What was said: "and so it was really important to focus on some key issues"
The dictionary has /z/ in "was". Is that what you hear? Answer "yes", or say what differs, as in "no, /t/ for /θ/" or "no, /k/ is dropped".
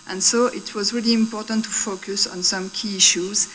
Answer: yes